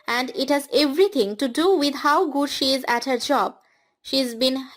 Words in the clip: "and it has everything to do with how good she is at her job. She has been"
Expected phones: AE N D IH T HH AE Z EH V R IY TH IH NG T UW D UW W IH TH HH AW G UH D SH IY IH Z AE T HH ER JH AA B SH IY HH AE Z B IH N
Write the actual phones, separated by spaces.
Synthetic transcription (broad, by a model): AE N D IH T HH AE Z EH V R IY T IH NG T UW D UW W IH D HH AW G UH D SH IY IH Z AE T HH ER JH AA B SH IY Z B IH N